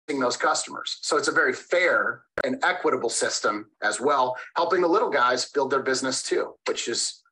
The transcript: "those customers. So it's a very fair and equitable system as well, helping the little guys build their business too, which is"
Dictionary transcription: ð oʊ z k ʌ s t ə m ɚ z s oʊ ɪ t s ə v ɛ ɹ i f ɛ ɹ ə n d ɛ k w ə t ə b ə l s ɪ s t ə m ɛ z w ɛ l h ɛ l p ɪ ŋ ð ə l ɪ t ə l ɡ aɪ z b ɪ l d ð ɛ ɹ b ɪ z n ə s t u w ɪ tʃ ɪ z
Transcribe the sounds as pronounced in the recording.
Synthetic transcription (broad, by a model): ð oʊ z k ʌ s t ə m ɚ z s oʊ ɪ t s ə v ɛ ɹ i f ɛ ɹ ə n ɛ k w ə t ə b l s ɪ s t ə m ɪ z w ɛ l h ɛ l p ɪ ŋ ð ə l ɪ t l ɡ aɪ z b ɪ l d ð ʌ ɹ b ɪ z n ə s t u w ɪ tʃ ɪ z